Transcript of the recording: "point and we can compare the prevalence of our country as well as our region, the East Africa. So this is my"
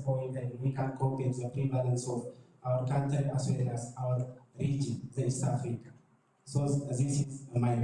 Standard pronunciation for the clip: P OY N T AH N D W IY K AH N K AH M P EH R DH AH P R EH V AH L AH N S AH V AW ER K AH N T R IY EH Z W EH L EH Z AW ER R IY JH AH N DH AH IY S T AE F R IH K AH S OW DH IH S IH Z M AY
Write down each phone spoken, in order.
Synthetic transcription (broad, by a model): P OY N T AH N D W IY K AH N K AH P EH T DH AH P R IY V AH L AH N S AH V AW ER K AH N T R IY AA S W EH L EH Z AW ER R IY JH AH N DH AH IY S T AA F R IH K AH S OW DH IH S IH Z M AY